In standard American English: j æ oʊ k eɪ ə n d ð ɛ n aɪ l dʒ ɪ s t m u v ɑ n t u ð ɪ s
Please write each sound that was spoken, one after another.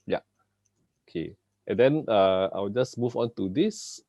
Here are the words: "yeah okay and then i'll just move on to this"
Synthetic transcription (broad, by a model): j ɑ oʊ k eɪ ə n d ɛ n aɪ w dʒ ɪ s m u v ɑ n t u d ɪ s